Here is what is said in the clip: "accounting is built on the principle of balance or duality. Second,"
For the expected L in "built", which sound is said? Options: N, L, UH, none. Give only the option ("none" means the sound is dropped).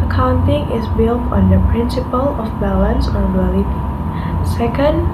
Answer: L